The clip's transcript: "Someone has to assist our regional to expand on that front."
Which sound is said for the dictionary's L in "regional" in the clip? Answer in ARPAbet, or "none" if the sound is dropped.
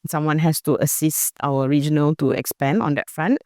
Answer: L